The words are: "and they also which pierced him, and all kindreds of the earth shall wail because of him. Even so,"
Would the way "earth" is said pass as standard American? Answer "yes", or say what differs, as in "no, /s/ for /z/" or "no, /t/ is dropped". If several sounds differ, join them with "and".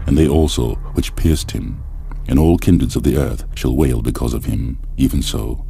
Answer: yes